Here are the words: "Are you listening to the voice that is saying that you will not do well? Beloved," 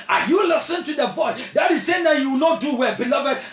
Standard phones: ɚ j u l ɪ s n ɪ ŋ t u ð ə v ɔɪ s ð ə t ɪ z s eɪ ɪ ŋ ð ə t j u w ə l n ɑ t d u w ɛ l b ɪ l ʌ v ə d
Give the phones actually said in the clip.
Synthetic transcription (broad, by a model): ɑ j u l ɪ s ɪ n t u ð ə v ɔɪ s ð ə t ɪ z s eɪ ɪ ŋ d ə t j u w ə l n ɑ t d u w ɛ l b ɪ l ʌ v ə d